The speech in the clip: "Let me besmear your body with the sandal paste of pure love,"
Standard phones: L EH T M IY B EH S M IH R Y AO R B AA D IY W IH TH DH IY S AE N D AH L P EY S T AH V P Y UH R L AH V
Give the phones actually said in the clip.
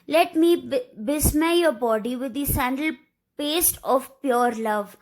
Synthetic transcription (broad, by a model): L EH T M IY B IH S M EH Y AO R B AA D IY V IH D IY S AE N D AH L P EY S T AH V P Y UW R L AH V